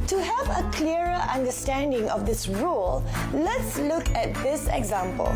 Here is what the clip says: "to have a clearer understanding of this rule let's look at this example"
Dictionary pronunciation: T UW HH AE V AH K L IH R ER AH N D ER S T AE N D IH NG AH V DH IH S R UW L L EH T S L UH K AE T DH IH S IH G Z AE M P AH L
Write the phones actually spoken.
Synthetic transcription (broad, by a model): T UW HH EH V AH K L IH ER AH N D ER S T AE N D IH NG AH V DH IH S R UW L L EH T S L UH K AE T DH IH S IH G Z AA M P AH L